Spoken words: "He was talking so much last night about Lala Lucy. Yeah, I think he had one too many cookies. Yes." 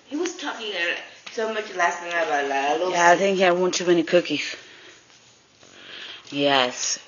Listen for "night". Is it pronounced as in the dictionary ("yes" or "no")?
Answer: no